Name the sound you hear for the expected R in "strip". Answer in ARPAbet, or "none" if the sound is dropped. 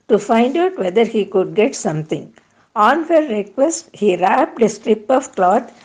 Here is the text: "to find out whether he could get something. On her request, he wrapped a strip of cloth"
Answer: R